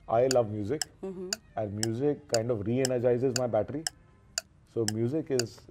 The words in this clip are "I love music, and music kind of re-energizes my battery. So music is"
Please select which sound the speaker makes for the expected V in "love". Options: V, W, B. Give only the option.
V